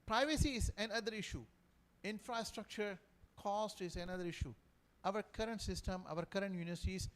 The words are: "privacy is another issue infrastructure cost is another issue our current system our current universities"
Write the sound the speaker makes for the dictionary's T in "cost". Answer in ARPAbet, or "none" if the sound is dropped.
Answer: T